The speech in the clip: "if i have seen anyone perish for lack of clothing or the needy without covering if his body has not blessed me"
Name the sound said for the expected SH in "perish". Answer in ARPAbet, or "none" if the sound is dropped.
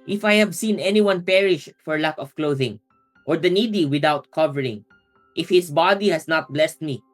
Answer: SH